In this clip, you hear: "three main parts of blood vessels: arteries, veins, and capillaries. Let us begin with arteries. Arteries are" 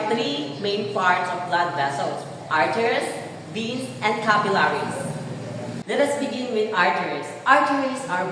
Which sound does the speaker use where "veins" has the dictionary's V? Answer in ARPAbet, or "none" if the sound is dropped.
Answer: B